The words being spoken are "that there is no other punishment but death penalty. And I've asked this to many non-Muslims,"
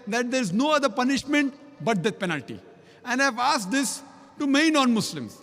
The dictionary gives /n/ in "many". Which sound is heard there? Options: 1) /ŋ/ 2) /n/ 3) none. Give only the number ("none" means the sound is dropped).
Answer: 3